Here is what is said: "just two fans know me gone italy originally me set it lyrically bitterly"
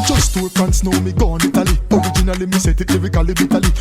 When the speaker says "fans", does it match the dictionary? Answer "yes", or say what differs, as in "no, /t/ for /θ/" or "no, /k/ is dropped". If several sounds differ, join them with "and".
no, /s/ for /z/